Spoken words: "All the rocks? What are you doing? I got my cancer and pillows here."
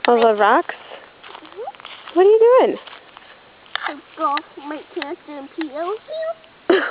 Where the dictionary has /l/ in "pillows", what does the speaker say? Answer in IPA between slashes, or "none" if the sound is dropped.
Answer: none